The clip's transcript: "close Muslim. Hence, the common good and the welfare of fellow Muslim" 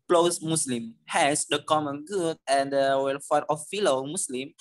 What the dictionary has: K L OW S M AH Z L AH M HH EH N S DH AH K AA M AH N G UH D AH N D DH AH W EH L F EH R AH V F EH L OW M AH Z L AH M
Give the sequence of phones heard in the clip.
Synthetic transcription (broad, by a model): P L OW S M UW S L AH M HH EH S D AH K AA M AH N G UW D AH N D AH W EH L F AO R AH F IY L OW M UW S L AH M